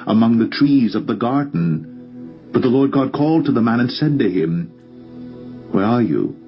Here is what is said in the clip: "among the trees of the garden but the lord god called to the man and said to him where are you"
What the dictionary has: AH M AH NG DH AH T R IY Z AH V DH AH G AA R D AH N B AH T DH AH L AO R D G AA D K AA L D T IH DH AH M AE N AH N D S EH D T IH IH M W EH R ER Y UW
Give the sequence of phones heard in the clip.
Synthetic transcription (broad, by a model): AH M AH NG DH AH T R IY Z AH V DH AH G AA R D N B AH T DH AH L AO R D G AA D K AA L D T IH DH AH M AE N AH N S EH D T IH IH M W EH R ER Y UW